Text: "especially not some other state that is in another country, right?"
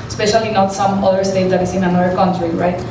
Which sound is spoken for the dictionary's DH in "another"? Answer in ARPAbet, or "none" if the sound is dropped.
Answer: none